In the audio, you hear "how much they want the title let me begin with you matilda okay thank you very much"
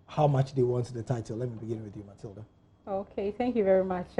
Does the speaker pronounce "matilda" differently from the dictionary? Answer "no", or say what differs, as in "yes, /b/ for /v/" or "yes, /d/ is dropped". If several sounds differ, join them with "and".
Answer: no